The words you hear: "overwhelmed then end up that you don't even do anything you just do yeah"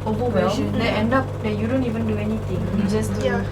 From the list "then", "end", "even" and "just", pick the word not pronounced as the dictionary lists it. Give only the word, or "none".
then